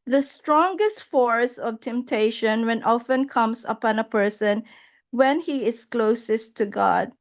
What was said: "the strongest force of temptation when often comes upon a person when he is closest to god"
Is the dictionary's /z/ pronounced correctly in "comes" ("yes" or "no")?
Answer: no